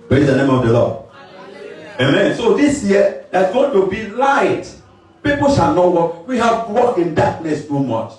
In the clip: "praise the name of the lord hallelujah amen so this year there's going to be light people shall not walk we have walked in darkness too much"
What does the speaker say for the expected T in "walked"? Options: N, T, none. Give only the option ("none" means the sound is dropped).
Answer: none